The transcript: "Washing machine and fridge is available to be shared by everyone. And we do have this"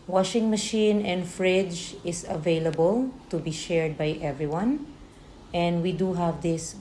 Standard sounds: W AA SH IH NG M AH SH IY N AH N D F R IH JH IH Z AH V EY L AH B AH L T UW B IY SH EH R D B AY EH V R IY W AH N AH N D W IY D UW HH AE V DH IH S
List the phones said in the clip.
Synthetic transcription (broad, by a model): W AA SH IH NG M AH SH IY N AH N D F R IH JH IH S AH V EY L AH B AH L T UW B IY SH EH R D B AY EH V R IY W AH N AH N D W IY D UW HH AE V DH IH S